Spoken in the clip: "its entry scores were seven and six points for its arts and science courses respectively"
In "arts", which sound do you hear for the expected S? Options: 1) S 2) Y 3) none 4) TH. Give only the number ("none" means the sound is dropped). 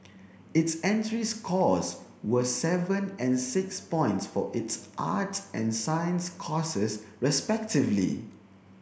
3